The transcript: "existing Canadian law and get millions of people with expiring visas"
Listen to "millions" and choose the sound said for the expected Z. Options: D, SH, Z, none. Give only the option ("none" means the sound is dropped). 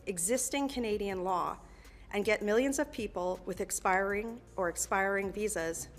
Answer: Z